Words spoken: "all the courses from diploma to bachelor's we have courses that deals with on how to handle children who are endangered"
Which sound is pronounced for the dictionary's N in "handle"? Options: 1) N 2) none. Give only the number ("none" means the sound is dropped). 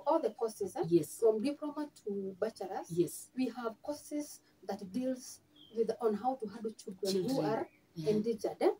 2